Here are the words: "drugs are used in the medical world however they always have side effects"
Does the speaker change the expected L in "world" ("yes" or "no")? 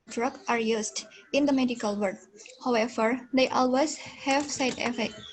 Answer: yes